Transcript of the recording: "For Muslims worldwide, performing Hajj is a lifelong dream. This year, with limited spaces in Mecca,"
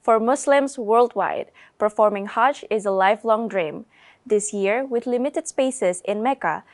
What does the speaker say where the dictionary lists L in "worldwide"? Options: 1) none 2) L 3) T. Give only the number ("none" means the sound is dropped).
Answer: 2